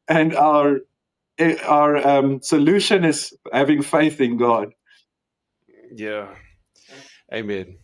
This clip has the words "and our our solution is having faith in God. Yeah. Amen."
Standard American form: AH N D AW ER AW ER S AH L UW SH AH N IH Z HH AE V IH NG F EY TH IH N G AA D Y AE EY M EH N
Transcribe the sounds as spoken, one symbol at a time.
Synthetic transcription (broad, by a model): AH N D AW ER AW ER S AH L UW SH AH N IH Z HH AE V IH NG F EY TH IH N G AA D Y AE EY M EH N